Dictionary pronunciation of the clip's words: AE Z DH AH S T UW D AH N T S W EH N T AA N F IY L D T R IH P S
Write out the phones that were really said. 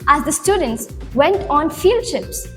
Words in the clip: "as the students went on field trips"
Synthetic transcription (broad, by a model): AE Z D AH S T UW D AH N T S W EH N T AA N F IY L D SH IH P S